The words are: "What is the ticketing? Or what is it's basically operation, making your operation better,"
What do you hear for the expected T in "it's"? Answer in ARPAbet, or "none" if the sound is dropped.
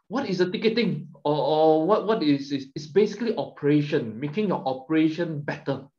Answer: S